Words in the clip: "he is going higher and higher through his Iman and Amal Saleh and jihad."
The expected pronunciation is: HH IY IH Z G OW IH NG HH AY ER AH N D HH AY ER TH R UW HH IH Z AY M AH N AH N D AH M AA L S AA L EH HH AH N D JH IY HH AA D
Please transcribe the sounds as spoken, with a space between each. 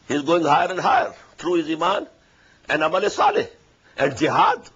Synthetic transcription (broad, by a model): HH IY Z G OW IH NG HH AY ER AH N D HH AY ER T R UW HH IH Z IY M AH N AH N D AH M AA L S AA L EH HH AH N D JH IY HH AA D